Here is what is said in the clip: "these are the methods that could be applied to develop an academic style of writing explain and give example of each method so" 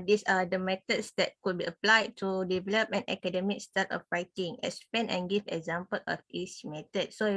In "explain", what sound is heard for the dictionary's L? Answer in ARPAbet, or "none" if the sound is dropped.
none